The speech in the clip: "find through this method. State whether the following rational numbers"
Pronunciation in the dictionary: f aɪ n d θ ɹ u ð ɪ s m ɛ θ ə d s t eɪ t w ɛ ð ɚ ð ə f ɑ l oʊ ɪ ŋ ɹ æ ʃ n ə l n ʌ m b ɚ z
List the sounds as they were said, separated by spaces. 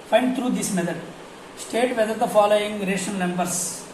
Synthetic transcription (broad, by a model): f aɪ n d t ɹ u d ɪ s m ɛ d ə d s t eɪ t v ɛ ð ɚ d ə f ɑ l oʊ ɪ ŋ ɹ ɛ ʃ ə n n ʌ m b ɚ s